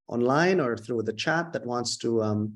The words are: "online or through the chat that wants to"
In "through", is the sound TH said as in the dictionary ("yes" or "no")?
yes